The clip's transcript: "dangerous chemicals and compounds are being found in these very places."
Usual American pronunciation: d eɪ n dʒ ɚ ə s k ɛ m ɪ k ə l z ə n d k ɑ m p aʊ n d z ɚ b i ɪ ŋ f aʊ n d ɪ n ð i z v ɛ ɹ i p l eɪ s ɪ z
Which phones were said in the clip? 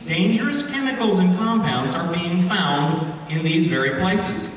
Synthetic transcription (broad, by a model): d eɪ n dʒ ɚ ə s k ɛ m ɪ k l z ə n k ɑ m p aʊ n d z ɚ b i ɪ ŋ f aʊ n d ɪ n ð i z v ɛ ɹ i p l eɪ s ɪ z